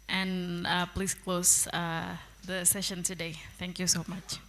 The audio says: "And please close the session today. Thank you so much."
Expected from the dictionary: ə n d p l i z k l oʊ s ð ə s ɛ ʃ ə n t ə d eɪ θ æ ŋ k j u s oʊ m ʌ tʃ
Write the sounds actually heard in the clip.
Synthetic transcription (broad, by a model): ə n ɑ p l i s k l oʊ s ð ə s ɛ ʃ ə n t ə d eɪ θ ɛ ŋ k j u s oʊ m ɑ tʃ